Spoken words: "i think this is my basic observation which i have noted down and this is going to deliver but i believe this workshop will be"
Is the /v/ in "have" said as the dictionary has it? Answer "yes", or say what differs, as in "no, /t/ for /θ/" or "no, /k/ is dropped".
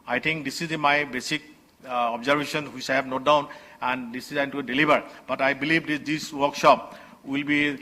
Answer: no, /b/ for /v/